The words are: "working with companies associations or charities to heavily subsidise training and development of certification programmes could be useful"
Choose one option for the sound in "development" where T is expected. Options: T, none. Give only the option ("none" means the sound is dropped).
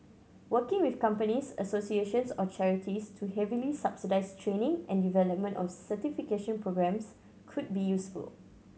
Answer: T